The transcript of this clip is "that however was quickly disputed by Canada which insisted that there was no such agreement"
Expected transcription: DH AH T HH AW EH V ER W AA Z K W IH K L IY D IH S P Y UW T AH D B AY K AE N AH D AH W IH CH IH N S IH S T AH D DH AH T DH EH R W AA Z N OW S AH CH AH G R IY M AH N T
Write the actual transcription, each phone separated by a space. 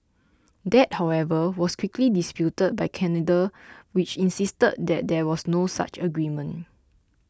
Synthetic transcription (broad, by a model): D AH T HH AW EH V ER W AA S K W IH K L IY D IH S P Y UW T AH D B AY K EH N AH D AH W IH CH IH N S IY S T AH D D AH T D EH W AA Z N OW S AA CH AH G R IY M AH N